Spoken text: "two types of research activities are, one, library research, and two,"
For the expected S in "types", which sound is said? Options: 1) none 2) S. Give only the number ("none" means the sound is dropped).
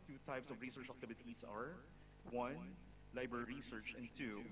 2